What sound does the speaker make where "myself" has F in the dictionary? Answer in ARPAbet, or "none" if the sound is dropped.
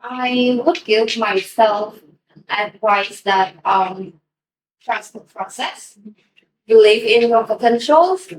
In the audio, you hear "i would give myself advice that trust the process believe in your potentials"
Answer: F